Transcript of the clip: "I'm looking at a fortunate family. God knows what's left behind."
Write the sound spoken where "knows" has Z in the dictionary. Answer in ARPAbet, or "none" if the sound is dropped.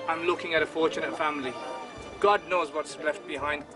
Z